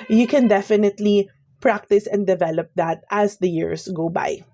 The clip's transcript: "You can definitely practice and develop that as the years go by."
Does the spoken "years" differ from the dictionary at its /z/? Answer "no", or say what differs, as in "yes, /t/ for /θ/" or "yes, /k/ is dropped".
yes, /s/ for /z/